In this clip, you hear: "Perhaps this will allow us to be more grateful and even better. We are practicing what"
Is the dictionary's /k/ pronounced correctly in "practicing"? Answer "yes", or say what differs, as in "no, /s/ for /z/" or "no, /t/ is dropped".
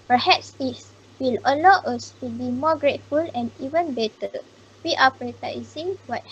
no, /k/ is dropped